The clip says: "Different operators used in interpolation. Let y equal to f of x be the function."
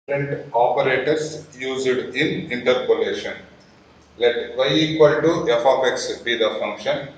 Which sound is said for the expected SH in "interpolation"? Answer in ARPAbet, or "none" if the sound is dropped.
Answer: SH